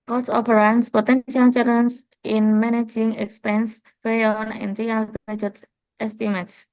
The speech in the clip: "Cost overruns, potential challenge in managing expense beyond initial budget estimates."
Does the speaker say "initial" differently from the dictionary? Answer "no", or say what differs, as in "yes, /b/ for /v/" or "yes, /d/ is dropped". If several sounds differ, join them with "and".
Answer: yes, /ʃ/ is dropped